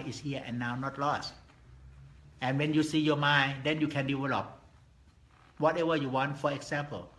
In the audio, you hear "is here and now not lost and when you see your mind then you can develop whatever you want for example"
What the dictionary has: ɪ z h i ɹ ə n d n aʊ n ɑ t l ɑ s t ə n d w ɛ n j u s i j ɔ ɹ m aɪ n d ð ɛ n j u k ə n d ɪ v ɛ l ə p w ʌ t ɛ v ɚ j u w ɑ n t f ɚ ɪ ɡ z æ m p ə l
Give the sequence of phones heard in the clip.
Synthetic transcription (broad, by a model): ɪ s h i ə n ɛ n aʊ n ɑ t l ɑ s t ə n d w ɛ n j u s i j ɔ m aɪ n d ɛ n j u k ə n d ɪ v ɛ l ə p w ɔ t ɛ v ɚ j u w ɑ n t f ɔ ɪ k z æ m p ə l